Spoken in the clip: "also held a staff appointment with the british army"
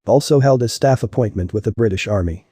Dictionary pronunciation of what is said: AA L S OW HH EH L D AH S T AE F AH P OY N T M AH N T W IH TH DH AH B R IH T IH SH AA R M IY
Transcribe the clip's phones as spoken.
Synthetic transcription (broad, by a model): AA L S OW HH EH L D AH S T AE F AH P OY N M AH N T W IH DH AH B R IH T IH SH AA R M IY